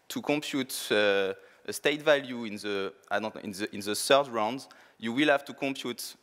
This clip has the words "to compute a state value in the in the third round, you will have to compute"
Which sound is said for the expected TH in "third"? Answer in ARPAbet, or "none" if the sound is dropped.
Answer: S